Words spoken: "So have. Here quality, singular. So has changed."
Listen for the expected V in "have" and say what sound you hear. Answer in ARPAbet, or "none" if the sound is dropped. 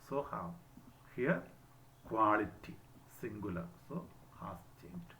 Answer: W